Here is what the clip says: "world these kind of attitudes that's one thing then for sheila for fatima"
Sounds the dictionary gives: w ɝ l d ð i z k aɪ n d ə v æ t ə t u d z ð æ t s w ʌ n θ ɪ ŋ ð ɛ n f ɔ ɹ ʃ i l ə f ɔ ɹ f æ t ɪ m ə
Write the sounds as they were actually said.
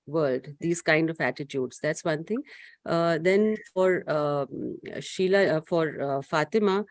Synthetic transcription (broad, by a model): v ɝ l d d i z k aɪ n d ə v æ t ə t u d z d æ t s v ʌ n t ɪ ŋ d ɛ n f ɔ ɹ ʃ i l ə f ɔ ɹ f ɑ t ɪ m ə